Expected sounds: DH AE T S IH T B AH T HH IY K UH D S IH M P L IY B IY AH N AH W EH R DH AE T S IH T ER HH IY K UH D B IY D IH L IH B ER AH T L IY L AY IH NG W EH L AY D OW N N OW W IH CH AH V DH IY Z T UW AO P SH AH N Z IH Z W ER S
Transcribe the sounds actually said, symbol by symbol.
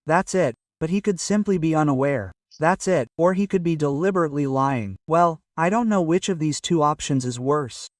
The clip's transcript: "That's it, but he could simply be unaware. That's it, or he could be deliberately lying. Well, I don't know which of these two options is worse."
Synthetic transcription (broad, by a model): DH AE T S IH T B AH T HH IY K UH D S IH M P L IY B IY AH N AH W EH R DH AE T S IH T ER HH IY K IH D B IY D IH L IH B ER AH T L IY L AY IH NG W EH L AY D OW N N OW W IH CH AH V DH IY Z T UW AO P SH AH N Z IH Z W ER S